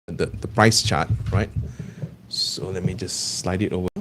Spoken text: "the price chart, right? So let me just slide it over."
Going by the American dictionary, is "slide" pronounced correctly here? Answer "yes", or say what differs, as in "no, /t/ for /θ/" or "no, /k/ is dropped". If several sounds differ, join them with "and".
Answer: yes